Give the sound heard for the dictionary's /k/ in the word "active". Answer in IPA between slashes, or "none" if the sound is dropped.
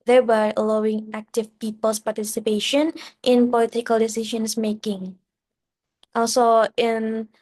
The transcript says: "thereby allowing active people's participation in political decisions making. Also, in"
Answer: /k/